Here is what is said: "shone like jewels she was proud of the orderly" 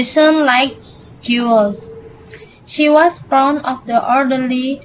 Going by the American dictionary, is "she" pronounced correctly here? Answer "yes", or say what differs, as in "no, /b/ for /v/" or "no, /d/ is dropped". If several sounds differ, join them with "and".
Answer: yes